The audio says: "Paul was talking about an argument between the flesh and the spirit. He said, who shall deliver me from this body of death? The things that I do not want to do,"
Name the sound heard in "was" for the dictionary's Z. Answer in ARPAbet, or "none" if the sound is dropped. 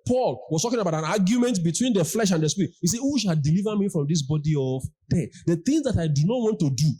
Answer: S